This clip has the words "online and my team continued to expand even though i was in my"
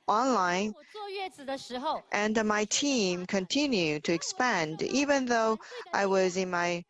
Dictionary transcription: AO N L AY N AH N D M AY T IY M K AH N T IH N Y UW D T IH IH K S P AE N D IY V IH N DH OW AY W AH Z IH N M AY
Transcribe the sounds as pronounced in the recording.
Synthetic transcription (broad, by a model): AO N L AY N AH N M AY T IY M K AH N T IH N Y UW D T IH IH K S P AE N D IY V IH N DH OW AY W AH Z IH N M AY